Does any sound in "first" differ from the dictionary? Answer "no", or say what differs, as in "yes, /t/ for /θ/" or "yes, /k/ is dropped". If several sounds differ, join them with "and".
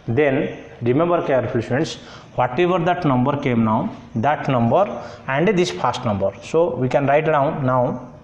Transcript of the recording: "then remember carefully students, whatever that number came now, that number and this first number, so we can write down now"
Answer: yes, /p/ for /f/